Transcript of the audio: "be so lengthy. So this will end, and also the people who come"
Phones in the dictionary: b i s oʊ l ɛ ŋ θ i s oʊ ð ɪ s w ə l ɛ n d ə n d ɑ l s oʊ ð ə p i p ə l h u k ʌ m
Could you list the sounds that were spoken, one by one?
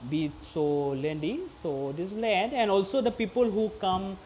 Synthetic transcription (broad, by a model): b i s oʊ l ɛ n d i s oʊ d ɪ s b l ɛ d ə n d ɑ l s oʊ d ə p i p ə l h u k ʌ m